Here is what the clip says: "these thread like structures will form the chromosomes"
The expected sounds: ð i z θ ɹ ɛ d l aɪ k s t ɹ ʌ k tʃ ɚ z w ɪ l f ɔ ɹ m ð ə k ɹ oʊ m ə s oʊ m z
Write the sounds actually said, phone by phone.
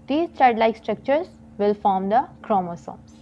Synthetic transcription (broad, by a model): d i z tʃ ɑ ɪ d l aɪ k s t ɹ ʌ k tʃ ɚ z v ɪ l f ɔ ɹ m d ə k ɹ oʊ m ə s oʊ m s